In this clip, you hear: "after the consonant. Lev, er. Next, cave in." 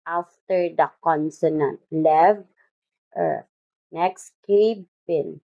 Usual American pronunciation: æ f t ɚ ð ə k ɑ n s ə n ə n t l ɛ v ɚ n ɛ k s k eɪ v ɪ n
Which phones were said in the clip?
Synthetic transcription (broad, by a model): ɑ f t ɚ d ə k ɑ n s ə n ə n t l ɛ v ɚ n ɛ k s k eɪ p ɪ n